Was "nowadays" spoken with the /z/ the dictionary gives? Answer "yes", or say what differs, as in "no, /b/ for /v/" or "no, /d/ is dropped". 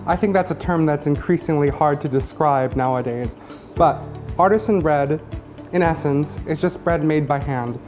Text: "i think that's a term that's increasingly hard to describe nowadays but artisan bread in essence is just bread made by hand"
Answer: yes